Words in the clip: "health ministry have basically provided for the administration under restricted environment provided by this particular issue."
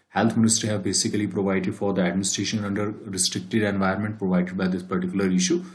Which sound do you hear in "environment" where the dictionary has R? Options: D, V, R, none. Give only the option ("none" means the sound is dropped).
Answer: none